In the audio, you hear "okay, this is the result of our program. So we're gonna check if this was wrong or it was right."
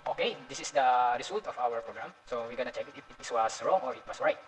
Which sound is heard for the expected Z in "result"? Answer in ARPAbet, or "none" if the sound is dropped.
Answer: S